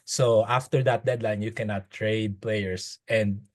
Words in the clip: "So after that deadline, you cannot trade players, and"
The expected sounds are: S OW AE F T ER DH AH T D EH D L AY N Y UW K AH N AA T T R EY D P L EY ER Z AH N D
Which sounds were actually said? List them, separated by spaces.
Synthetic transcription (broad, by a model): S OW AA F T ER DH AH T D EH D L AY N Y UW K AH N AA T T R EY D P L EY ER S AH N D